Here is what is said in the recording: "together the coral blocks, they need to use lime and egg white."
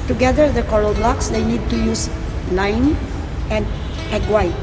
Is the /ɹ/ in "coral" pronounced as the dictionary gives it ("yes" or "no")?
no